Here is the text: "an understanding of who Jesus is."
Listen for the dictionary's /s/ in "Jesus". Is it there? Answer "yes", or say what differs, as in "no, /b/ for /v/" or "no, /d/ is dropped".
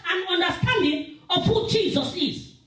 yes